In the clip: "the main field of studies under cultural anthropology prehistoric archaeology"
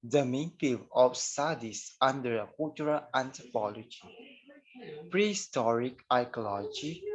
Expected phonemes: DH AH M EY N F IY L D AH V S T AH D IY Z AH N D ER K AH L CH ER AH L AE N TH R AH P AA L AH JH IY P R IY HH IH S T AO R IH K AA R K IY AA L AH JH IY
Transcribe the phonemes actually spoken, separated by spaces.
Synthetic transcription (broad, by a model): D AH M EY N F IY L AH F S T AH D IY S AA N D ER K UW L CH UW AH L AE N T R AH P AA L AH JH IY P R IY HH IH S T AO R IH K AA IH K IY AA L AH JH IY